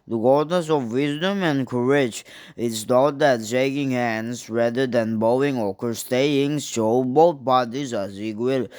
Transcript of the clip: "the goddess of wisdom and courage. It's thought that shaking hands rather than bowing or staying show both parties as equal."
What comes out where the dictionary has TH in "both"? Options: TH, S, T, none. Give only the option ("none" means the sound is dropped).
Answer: T